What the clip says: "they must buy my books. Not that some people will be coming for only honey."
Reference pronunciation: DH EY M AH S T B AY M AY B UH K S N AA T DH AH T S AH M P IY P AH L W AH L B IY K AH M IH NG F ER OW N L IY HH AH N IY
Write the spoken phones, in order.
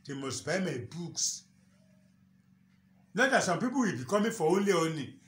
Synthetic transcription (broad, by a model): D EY M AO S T B AY M AY B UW K S N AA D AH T S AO M P IY P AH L W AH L B IY K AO M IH F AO OW N L IY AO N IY